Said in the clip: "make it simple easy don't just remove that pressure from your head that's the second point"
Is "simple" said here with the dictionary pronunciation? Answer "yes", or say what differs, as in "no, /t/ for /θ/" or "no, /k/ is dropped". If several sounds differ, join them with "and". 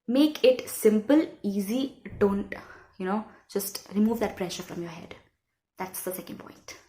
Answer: yes